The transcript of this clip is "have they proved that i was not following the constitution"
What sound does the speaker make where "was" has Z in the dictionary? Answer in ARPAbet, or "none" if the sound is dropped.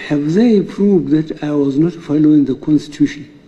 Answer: Z